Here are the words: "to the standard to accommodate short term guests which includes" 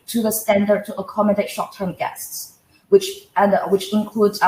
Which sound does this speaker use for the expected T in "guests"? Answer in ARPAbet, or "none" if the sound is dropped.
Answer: T